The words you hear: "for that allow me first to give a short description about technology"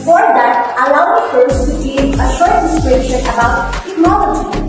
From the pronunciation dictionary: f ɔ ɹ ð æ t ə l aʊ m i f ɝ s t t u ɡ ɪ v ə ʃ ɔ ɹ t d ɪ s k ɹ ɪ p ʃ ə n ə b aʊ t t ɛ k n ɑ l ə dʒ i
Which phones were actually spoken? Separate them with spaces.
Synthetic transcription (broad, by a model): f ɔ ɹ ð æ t ə l aʊ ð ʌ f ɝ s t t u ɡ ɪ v ə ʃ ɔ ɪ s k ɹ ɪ ʃ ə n ə b aʊ t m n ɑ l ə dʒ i